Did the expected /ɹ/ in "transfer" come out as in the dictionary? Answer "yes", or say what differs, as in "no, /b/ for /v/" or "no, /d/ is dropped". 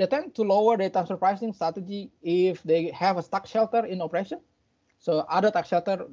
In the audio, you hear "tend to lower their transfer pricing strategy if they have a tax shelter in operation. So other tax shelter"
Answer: no, /ɹ/ is dropped